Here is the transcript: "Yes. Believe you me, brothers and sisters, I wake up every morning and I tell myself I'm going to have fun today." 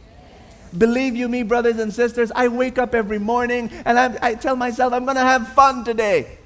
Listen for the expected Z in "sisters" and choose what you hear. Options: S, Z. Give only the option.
Z